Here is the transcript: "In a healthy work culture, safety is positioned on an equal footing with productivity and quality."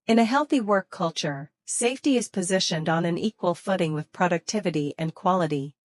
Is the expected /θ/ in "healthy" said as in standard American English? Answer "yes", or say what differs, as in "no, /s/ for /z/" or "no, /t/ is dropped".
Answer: yes